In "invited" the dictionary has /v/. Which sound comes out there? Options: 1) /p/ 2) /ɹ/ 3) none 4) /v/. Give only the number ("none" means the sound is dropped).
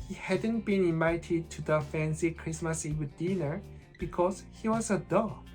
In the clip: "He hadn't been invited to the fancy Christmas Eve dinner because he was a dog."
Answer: 3